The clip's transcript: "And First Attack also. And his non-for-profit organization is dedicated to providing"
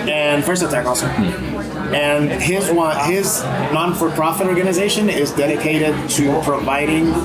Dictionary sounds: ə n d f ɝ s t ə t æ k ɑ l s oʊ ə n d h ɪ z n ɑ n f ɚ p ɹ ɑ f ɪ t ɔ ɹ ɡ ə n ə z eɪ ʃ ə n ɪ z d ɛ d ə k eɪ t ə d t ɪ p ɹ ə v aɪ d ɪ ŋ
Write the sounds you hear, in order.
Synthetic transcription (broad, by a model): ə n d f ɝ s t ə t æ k ɑ l s oʊ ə n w h ɪ z n ɑ n f ɚ p ɹ ɑ f ɪ t ɔ ɹ ɡ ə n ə z eɪ ʃ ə n ɪ z d ɛ d ə k eɪ t ə d t ɪ p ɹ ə v aɪ d ɪ ŋ